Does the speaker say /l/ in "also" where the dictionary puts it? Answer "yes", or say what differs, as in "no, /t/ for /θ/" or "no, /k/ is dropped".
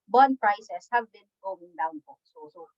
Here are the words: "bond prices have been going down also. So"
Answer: no, /l/ is dropped